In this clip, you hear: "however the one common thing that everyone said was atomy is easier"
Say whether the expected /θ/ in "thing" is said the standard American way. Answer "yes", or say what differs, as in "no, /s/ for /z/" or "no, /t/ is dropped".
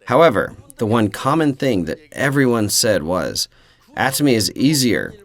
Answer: yes